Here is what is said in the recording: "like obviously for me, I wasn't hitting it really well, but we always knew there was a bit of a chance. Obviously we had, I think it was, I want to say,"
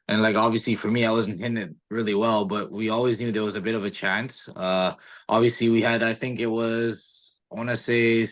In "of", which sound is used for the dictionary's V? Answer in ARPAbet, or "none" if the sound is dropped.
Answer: V